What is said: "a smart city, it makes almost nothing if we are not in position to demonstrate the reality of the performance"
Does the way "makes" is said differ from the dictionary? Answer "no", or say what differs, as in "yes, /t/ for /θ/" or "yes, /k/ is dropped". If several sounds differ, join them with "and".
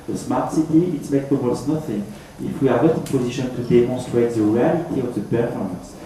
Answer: yes, /s/ is dropped